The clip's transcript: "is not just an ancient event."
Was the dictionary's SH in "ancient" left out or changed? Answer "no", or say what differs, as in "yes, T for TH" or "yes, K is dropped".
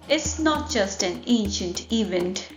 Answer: no